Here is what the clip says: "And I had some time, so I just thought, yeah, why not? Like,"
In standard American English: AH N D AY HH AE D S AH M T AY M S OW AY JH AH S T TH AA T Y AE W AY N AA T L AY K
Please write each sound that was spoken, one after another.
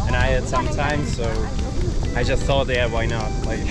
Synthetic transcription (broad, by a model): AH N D AY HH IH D S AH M T AY M S OW AY JH AH S T TH AA T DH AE W AY N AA T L AY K